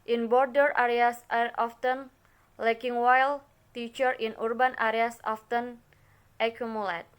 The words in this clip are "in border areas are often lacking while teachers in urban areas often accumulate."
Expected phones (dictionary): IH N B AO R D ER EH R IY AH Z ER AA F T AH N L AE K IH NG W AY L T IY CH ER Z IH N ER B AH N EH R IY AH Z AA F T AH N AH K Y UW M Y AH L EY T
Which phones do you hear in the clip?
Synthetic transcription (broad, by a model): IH N B AO R D ER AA R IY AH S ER AA F T AH N L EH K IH NG W AY L T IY CH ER IH N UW B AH N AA R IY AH S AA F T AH N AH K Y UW M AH L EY T